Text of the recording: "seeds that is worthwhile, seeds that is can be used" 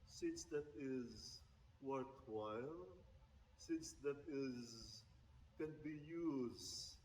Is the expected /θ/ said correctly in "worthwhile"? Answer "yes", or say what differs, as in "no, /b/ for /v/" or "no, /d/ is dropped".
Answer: no, /t/ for /θ/